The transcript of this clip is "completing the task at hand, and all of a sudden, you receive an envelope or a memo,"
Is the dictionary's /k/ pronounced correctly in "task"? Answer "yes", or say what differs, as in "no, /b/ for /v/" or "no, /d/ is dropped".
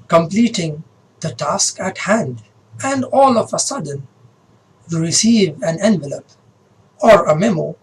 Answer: yes